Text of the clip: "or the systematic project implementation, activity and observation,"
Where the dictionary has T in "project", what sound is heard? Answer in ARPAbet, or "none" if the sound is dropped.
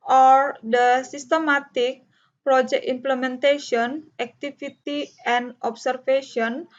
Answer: none